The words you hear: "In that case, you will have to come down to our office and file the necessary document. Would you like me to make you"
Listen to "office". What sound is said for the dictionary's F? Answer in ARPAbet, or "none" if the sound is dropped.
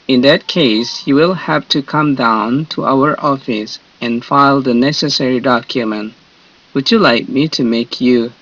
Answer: F